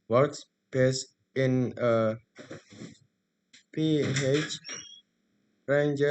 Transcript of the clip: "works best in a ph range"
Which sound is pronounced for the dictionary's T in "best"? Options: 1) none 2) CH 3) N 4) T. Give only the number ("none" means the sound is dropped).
1